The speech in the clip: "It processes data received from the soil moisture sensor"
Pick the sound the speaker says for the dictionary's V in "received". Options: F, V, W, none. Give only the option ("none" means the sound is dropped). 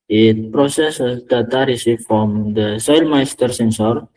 F